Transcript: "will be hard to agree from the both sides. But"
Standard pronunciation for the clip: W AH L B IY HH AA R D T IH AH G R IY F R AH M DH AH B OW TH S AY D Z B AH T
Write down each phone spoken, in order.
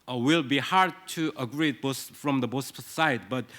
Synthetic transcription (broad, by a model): W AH L B IY HH AA R D T IH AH G R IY F R AH M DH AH B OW S S AY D B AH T